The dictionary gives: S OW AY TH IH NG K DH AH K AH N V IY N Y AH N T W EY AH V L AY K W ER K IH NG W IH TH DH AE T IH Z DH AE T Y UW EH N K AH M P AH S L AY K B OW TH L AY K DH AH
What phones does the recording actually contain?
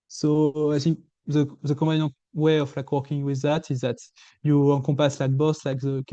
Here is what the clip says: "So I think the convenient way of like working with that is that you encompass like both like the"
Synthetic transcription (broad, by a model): S OW AY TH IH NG K DH AH K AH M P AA Y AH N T W EY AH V L AY K W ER K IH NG W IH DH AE T IH Z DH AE T Y UW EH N K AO P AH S L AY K B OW S L AY K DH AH